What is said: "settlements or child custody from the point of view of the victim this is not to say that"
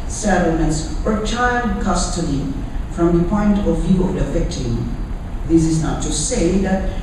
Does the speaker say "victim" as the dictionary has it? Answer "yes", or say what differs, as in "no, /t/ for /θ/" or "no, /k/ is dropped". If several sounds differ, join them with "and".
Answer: no, /f/ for /v/